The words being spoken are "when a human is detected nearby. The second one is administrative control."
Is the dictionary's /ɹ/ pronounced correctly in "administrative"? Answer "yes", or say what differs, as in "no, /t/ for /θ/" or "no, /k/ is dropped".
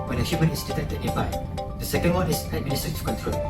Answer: no, /ɹ/ is dropped